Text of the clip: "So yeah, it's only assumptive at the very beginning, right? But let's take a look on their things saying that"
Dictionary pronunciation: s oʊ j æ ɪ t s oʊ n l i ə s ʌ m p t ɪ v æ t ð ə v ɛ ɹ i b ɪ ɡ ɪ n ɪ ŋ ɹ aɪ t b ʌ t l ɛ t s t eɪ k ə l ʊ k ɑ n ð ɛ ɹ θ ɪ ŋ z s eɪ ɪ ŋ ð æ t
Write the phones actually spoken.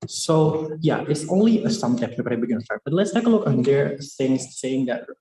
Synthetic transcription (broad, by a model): s oʊ j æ ɪ t s oʊ n l i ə s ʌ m t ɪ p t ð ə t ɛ i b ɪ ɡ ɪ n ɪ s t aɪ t b ʌ t l ɛ t s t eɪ k ə l ʊ k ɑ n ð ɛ ɹ s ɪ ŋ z s eɪ ɪ ŋ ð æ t